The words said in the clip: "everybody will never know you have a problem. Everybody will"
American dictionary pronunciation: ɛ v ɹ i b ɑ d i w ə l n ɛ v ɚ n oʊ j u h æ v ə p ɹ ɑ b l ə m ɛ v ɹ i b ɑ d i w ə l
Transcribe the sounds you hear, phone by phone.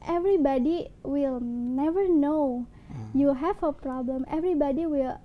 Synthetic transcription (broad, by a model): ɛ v ɹ i b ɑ d i w ə l n ɛ v ɚ n oʊ j u h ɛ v ə p ɹ ɑ b l ə m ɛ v ɹ i b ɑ d i w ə l